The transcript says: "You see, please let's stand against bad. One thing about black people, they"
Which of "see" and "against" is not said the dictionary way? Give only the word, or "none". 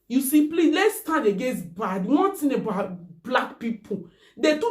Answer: against